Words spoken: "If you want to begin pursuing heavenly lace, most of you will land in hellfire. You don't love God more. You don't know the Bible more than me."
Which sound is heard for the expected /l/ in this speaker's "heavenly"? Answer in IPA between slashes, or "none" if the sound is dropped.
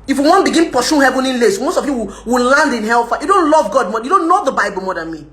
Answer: none